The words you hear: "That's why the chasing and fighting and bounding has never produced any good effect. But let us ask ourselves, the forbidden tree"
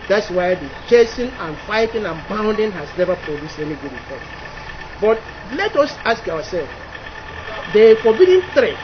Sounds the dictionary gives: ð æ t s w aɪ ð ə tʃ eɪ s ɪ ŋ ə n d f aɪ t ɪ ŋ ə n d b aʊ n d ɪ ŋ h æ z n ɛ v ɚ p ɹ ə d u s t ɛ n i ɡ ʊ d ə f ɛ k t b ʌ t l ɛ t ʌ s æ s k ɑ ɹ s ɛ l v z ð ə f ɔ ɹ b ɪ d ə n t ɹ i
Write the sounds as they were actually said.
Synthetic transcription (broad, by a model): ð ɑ t s w aɪ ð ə tʃ eɪ s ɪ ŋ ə n f aɪ t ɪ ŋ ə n b aʊ n d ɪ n h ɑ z n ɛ v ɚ p ɹ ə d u s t ɛ n i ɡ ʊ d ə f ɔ t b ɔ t l ɛ t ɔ s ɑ s k ɑ w s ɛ l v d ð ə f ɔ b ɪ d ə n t ɹ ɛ